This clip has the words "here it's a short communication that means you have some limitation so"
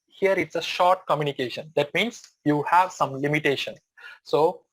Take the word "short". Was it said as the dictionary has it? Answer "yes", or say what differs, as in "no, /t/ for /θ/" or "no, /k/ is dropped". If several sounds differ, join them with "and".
yes